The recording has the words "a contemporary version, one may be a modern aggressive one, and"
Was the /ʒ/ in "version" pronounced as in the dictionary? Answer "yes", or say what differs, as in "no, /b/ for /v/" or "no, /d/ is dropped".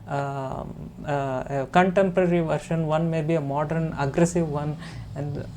no, /ʃ/ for /ʒ/